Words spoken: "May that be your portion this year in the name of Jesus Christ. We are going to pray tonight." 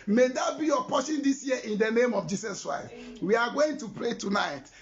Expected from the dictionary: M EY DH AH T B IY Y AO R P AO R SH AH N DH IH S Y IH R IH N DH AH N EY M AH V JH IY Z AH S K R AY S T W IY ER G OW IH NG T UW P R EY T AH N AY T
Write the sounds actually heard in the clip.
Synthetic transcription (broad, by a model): M EY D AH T B IY Y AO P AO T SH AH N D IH S Y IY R IH N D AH N EY M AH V JH IY S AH S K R AY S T W IY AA G OW IH NG T UW P R EY T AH N AY T